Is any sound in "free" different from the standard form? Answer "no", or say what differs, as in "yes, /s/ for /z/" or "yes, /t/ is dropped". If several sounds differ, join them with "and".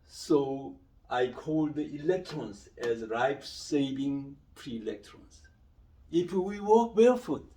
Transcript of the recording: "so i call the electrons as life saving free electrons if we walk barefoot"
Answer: yes, /p/ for /f/